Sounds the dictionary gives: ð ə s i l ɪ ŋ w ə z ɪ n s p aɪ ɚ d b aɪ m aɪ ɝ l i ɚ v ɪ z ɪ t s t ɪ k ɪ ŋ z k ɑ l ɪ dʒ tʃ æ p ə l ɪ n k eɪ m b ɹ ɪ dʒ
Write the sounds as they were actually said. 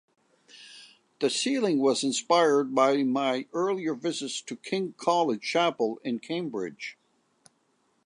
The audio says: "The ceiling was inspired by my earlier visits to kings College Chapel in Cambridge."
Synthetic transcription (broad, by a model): ð ə s i l ɪ ŋ w ə z ɪ n s p aɪ ɚ d b aɪ m aɪ ɝ l i ɚ v ɪ z ɪ t s t ɪ k ɪ ŋ k ɑ l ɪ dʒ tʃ æ p l ɪ n k eɪ m b ɹ ɪ dʒ